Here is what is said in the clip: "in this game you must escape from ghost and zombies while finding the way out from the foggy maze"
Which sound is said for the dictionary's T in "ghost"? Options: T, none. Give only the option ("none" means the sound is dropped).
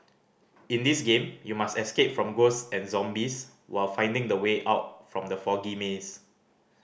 none